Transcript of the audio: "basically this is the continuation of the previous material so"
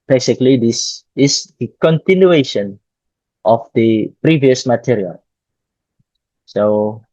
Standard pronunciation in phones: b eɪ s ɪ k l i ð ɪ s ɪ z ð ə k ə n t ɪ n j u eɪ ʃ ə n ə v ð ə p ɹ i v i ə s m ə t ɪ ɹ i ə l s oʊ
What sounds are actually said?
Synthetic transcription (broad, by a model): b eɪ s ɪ k l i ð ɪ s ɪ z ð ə k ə n t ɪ n j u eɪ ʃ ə n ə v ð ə p ɹ i v i ə s m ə t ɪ ɹ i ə l s oʊ